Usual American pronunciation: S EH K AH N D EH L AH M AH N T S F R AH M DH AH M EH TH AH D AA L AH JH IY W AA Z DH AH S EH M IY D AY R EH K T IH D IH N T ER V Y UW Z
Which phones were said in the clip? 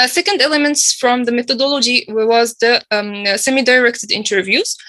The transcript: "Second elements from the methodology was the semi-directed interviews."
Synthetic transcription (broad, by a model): S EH K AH N D EH L AH M AH N T S F R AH M DH AH M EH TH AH D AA L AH JH IY W AA Z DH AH S EH M IY D AY R EH K T IH D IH N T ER V Y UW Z